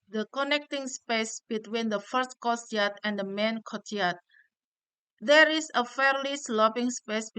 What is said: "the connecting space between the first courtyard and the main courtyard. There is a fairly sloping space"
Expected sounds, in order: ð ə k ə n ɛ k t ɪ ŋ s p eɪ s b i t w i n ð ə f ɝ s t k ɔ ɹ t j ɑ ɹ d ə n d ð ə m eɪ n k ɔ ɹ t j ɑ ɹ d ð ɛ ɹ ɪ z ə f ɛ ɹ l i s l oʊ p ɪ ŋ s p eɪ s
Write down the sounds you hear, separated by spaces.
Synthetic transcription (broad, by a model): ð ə k ə n ɛ k t ɪ ŋ s p eɪ s b i t w i n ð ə f ɝ s t k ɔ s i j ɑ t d ə n d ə m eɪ n k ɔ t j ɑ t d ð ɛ ɹ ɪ s ə f ɛ ɹ l i s l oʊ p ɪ ŋ s p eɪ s